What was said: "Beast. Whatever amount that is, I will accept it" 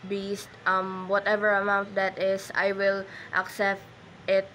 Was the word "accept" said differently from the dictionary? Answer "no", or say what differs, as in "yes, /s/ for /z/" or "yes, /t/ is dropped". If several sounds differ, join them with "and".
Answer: no